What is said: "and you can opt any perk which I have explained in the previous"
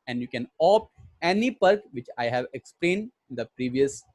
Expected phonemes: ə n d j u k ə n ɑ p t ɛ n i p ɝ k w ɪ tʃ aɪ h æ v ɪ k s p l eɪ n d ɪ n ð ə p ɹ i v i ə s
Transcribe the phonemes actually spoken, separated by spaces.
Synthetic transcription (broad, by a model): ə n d j u k ə n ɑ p ɛ n i p ɝ k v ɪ tʃ aɪ h æ v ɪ k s p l eɪ n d ɪ n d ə p ɹ i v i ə s